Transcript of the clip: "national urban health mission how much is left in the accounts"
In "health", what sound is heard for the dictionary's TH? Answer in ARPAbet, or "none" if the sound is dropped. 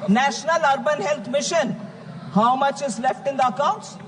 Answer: T